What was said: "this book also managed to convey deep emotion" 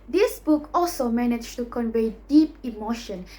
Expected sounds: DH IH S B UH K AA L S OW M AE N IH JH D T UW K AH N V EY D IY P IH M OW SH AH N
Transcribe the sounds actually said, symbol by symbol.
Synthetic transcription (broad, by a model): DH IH S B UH K AA L S OW M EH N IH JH T UW K AH N V EY D IY P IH M OW SH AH N